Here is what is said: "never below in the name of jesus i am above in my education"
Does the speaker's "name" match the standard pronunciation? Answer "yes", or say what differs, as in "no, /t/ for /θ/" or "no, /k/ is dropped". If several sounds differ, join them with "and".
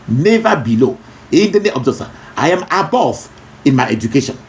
no, /m/ is dropped